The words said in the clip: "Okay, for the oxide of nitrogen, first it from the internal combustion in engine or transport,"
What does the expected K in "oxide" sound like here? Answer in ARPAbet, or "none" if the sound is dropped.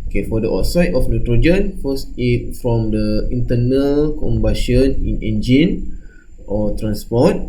none